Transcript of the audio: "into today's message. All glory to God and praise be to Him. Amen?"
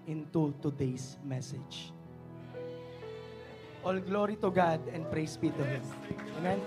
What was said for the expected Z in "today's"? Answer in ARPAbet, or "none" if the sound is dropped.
S